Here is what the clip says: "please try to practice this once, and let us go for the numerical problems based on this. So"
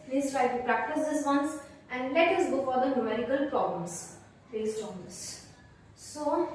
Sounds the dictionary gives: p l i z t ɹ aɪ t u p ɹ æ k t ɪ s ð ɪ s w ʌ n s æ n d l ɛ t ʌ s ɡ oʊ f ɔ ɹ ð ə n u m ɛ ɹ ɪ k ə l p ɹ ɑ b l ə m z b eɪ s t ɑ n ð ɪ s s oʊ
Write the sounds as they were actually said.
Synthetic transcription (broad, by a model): p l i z t ɹ aɪ t u p ɹ æ k t ɪ s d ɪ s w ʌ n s æ n d l ɛ t ʌ s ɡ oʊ f ɔ ɹ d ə n u m ɛ ɹ ɪ k ə l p ɹ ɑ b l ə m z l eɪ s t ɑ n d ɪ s s oʊ